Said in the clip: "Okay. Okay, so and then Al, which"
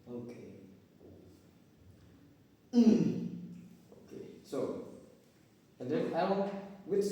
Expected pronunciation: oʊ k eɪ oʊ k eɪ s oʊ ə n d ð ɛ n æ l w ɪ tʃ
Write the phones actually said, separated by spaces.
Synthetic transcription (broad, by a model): oʊ k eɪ oʊ k eɪ s oʊ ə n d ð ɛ æ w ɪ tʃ